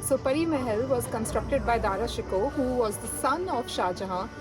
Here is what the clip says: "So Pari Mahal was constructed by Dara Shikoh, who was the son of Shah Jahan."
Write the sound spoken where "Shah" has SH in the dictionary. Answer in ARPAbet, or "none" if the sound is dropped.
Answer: SH